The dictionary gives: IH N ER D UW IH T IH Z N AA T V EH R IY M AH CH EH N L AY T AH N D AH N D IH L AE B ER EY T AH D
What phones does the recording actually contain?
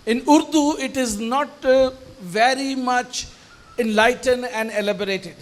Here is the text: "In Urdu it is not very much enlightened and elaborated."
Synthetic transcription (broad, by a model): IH N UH D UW IH T IH Z N AA T V EH R IY M AH CH EH N L AY T AH N D AH N D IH L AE B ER EY T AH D